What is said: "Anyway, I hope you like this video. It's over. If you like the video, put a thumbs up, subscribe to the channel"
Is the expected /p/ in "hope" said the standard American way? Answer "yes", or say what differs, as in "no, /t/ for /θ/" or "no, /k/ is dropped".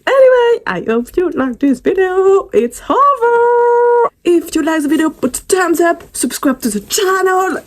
no, /f/ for /p/